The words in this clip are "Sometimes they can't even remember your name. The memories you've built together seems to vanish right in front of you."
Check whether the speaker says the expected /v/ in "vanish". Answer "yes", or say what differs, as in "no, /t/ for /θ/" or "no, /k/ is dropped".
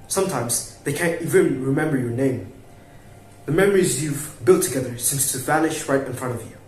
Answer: yes